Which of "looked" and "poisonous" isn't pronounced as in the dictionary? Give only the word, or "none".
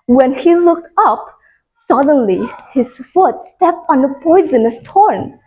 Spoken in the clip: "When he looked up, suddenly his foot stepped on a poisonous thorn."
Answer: none